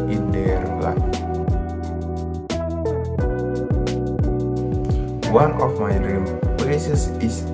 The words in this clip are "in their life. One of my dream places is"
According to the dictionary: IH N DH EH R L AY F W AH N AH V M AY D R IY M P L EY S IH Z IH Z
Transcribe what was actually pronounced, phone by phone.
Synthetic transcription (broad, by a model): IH N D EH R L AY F W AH N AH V M AY D R IY M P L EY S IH S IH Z